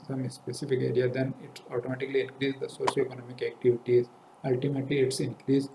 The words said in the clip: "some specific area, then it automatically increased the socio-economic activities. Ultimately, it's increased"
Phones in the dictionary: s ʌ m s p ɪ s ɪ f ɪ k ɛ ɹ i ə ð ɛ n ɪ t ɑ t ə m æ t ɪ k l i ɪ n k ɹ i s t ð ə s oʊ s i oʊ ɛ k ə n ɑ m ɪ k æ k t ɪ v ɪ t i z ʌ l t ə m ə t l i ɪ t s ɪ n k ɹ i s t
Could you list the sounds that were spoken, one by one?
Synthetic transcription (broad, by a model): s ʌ m s p ɪ s ɪ f ɪ k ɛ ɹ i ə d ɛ n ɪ t ɑ t ə m æ t ɪ k l i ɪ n k ɹ i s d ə s oʊ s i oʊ ɛ k ə n ɑ m ɪ k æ k t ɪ v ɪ t i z ʌ l t ə m ə t l i ɪ t s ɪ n k ɹ i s